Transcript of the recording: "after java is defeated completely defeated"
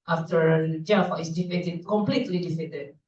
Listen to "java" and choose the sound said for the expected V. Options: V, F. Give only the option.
F